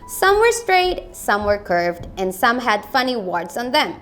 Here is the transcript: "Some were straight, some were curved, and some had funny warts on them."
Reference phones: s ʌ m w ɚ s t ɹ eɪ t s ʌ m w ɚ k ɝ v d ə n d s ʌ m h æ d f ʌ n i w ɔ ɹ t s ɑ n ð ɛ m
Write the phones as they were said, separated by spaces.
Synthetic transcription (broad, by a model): s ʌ m w ɚ s t ɹ eɪ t s ʌ m w ɚ k ɝ v d ə n d s ʌ m h æ d f ʌ n i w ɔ ɹ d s ɑ n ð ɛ m